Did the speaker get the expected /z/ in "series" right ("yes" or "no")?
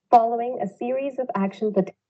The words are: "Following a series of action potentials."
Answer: yes